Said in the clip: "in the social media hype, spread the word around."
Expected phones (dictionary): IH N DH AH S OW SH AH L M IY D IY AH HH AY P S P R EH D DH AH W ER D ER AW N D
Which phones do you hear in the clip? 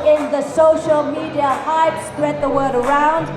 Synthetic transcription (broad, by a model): IH N DH AH S OW SH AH L M IY D IY AH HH AY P S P R EH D DH AH W ER D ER AW N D